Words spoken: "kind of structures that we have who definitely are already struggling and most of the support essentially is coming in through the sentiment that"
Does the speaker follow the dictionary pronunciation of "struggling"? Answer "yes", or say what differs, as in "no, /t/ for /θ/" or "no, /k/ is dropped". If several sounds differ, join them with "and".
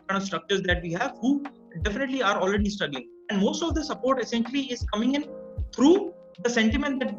no, /ɹ/ is dropped and /l/ is dropped